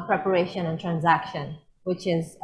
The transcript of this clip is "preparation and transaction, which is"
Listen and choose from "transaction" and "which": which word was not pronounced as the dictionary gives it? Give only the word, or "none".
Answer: none